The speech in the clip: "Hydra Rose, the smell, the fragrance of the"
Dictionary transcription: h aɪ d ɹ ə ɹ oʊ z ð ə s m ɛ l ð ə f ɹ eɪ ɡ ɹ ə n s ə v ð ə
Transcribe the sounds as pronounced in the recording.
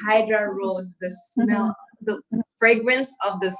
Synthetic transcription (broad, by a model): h aɪ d ɹ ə ɹ oʊ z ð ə s m ɛ l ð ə f ɹ eɪ ɡ ɹ ə n s ə v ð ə